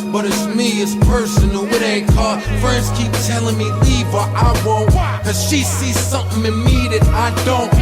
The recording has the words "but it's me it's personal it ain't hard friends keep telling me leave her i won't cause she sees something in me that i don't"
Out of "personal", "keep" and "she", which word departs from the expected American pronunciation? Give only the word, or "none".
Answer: personal